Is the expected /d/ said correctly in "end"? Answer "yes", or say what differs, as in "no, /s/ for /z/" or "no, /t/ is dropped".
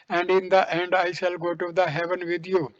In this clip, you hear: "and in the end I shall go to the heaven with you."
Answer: yes